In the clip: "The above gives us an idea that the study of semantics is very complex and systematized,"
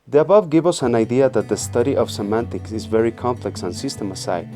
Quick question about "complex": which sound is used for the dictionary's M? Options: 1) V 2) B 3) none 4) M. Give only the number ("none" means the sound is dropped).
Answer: 4